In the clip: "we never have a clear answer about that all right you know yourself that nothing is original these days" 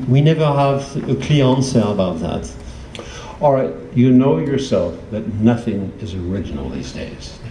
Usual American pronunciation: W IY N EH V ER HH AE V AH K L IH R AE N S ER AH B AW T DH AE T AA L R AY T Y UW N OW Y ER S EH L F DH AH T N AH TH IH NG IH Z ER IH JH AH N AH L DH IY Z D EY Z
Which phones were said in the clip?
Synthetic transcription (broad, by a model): W IY N EH V ER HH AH V AH K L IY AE N S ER AH B AW T DH AE T AA L R AY T Y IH N OW Y ER S EH L F DH AH T N AH TH IH NG IH Z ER IH JH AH N L DH IY Z D EY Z